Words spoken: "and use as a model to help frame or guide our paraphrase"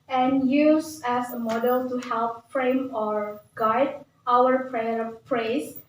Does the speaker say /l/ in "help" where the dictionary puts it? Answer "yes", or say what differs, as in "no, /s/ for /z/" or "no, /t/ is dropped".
yes